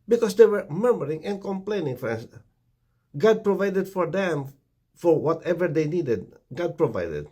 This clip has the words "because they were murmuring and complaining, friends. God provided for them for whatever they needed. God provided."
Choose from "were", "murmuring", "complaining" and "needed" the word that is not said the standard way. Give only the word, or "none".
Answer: none